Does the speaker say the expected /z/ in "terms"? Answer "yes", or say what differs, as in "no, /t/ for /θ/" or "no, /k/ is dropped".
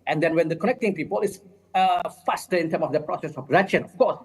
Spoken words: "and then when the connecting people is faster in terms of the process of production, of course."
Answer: no, /z/ is dropped